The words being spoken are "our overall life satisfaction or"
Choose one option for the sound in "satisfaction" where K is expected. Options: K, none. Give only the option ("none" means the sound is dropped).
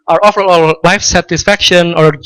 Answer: K